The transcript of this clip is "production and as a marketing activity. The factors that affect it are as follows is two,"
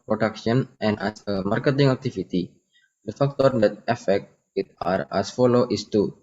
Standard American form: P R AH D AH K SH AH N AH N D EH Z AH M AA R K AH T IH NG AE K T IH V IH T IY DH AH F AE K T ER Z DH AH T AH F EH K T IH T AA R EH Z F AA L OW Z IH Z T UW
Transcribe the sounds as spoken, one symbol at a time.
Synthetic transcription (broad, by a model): P R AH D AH K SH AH N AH N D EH S AH M AA R K AH T IH NG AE K T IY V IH T IY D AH F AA K T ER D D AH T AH F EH K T IH T AA R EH S F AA L OW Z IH S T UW